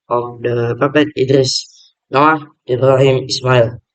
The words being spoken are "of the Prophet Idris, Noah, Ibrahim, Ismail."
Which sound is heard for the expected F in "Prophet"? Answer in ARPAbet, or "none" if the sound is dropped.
P